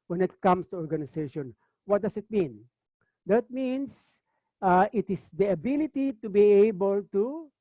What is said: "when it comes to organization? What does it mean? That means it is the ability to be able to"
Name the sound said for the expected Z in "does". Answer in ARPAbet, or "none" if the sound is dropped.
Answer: S